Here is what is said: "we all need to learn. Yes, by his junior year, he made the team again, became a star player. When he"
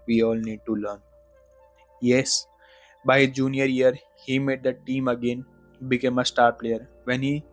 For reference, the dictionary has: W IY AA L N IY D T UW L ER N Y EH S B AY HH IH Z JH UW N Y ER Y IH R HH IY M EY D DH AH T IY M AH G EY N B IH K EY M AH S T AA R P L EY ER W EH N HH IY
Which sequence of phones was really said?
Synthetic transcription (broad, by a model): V IY AA L N IY D T UW L ER N Y EH S B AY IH JH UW N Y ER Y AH R HH IY M EY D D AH T IY M AH G EY N B IH K EY M AH S T AA R P L EY ER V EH N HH IY